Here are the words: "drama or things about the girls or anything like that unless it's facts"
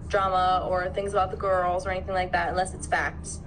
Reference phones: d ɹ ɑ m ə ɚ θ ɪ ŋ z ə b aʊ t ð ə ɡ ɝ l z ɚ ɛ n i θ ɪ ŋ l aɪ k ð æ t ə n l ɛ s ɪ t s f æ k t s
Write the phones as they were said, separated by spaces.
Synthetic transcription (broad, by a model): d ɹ ɑ m ə ɚ θ ɪ ŋ z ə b aʊ t ð ə ɡ ɝ l z ɚ ɛ n i θ ɪ ŋ l aɪ k ð æ t ə n l ɛ s ɪ t s f æ k t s